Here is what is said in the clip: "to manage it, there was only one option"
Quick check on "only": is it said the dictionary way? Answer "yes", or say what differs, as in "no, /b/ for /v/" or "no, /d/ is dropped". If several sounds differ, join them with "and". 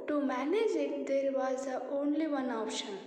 yes